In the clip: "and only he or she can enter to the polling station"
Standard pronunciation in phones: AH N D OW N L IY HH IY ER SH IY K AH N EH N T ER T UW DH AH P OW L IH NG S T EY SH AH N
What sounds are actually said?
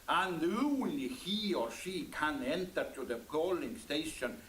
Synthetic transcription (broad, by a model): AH N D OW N IY HH IY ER SH IY K AH N EH N T ER T UW DH AH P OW L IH NG S T EY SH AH N